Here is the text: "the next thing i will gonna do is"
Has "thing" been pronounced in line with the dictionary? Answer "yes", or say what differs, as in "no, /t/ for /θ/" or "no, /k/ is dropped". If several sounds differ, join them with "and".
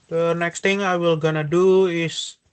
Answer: no, /t/ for /θ/